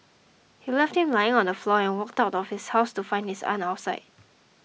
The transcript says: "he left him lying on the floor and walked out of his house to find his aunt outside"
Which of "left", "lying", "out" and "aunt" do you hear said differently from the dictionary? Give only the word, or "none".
aunt